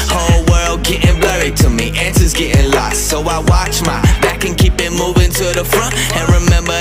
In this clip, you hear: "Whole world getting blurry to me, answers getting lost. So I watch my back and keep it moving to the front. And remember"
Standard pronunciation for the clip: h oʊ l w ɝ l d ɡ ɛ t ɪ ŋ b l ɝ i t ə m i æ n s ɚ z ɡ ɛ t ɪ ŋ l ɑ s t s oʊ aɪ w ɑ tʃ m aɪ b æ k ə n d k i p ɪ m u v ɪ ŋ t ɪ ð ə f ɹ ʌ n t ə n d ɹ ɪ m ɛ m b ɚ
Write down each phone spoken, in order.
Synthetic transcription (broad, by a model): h oʊ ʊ w ɝ l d ɡ ɛ t ɪ ŋ b l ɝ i t ə m i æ n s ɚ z ɡ ɛ t ɪ ŋ l ɑ s t s oʊ aɪ w ɑ tʃ m aɪ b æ k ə n k i p ɪ m u v ɪ ŋ t ɪ ð ə f ɹ ʌ n t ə n ɹ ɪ m ɛ m b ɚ